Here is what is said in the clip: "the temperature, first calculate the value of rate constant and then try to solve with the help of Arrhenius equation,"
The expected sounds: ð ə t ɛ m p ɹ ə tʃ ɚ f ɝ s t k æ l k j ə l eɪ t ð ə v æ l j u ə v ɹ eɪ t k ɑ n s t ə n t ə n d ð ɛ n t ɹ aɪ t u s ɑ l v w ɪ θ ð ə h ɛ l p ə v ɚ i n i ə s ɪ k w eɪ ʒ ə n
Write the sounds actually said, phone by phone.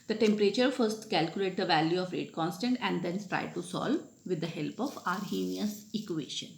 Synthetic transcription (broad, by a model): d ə t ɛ m p ɹ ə tʃ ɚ f ɝ s t k æ l k j ə l eɪ t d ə v æ l j u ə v ɹ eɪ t k ɑ n s t ə n t ə n d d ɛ n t ɹ aɪ t u s ɑ l v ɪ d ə h ɛ l p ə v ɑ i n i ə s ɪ k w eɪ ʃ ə n